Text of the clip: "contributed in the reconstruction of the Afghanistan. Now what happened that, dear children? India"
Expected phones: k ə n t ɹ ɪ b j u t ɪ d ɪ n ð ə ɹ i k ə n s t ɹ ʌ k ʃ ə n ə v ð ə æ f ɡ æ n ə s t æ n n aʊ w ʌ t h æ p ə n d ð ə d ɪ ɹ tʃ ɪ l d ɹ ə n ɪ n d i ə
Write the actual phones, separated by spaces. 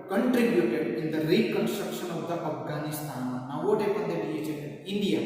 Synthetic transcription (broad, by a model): k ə n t ɹ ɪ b j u t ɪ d ɪ n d ə ɹ i k ə n s t ɹ ʌ k ʃ ə n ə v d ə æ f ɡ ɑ n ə s t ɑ n n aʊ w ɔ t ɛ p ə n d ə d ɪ l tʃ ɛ d ə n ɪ n d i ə